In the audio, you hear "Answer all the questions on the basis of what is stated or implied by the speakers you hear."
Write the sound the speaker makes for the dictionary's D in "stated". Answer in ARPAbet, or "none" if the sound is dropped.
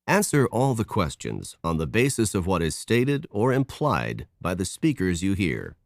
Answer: D